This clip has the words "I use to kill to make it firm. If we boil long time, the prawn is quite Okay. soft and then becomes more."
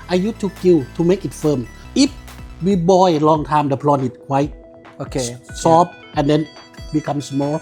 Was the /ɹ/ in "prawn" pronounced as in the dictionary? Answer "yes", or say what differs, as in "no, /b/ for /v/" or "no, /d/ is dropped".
no, /l/ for /ɹ/